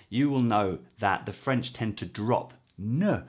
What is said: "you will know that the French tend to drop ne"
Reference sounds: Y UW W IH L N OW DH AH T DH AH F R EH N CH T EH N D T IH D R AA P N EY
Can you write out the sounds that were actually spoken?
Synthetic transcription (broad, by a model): Y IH W IH L N OW DH AH T DH AH F R EH N CH T EH N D T IH D R AA P N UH